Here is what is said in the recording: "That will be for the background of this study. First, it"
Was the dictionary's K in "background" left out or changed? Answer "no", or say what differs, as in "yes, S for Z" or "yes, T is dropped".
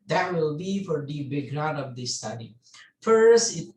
yes, K is dropped